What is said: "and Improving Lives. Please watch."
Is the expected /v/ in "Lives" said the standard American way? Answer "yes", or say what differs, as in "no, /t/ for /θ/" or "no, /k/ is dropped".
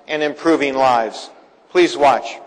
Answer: yes